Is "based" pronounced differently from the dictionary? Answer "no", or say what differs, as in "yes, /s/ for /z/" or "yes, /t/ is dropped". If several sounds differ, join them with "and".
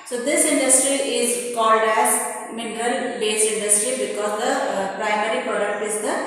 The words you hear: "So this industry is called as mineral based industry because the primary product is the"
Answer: yes, /t/ is dropped